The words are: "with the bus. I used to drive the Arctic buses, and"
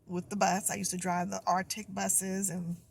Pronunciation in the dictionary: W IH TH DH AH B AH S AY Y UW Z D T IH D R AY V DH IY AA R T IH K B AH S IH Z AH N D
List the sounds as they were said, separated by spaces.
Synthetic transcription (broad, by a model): W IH DH AH B AH S AY Y UW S T IH D R AY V DH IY AA R T IH K B AH S IH Z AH N